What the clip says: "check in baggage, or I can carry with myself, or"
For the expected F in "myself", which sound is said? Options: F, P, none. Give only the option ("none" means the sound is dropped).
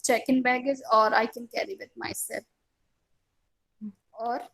none